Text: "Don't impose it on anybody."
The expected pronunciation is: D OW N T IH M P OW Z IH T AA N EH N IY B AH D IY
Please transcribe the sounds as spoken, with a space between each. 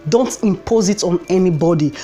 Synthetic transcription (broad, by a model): D OW N T IH M P OW Z IH T AA N EH N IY B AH D IY